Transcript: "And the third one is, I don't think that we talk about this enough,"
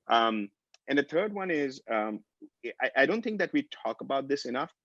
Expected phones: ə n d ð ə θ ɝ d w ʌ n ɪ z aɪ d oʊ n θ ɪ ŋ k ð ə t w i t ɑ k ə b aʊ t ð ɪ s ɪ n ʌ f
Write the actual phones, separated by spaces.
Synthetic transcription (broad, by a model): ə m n ð ə θ ɝ d w ʌ n ɪ z aɪ d oʊ n θ ɪ ŋ k ð ə t w i t ɑ k ə b aʊ t ð ɪ s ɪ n ʌ f